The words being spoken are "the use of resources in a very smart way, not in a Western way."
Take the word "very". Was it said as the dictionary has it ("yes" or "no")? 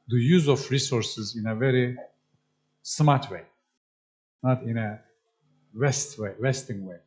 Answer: yes